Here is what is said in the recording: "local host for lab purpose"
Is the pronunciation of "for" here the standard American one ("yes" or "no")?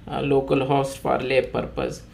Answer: no